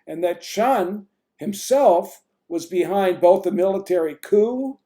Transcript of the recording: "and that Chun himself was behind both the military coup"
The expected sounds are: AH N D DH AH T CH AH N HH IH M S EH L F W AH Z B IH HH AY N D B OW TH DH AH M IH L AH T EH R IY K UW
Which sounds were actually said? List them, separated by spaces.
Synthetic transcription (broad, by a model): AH N DH AH T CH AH N HH IH M S EH L F W AH Z B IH HH AY N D B OW TH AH M IH L AH T EH R IY K UW